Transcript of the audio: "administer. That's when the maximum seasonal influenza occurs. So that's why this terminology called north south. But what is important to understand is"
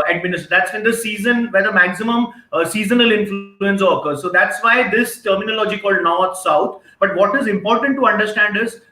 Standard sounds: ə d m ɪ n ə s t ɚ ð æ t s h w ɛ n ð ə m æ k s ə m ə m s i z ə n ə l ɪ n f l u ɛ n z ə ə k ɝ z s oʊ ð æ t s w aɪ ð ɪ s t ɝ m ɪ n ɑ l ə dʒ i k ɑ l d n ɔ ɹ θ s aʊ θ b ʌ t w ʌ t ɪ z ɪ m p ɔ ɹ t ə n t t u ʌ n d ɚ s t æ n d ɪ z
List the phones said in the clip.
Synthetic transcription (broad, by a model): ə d m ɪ n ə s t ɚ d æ t s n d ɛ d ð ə m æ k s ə m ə m s i z ə n ə l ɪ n f l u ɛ n s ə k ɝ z s oʊ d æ t s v aɪ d ɪ s t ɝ m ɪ n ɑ l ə dʒ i k ɑ l d n ɔ ɹ t s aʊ t b ʌ t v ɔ t ɪ z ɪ m p ɔ ɹ t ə n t t u ʌ n d ɚ s t æ n d ɪ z